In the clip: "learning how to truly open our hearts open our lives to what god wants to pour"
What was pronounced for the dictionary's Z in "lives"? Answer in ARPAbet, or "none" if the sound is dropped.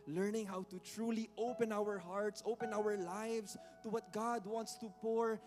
S